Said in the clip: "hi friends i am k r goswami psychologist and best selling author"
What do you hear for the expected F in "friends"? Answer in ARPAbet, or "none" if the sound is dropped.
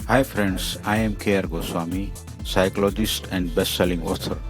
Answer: P